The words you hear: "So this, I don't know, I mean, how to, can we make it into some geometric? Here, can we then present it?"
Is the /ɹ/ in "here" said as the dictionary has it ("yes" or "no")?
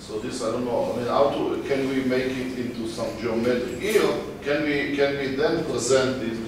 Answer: no